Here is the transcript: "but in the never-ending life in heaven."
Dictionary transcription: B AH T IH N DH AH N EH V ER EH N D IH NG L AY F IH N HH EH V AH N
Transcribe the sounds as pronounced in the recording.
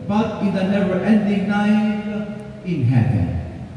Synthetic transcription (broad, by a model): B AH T IH N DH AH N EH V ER EH N D IH NG N AY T IH N HH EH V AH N